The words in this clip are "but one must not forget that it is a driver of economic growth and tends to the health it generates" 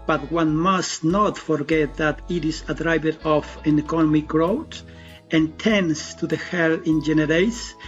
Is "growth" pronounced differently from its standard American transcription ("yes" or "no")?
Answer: yes